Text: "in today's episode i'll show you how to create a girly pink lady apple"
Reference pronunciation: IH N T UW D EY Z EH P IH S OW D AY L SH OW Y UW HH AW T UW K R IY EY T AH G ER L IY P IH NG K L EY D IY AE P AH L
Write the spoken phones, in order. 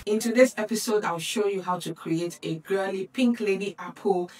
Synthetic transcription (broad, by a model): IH N T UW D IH S EH P IH S OW D AY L SH OW Y UW HH AW T UW K R IY EY T AH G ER L IY P IH NG K L EY D IY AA P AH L